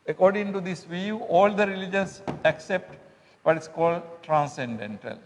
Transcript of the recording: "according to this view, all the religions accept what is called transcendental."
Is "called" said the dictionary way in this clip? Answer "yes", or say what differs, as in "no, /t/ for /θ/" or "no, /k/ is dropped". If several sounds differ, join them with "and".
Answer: yes